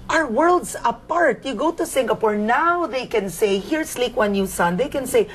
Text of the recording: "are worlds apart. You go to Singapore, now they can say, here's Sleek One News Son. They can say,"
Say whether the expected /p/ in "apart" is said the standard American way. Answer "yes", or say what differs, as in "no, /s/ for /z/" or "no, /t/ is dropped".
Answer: yes